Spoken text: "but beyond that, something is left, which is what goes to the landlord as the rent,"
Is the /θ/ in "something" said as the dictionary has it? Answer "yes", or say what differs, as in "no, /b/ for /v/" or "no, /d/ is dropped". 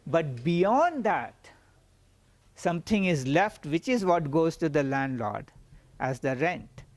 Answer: no, /t/ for /θ/